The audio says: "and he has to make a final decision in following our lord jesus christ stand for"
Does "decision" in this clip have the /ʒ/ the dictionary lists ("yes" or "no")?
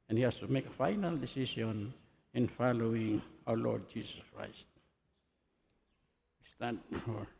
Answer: no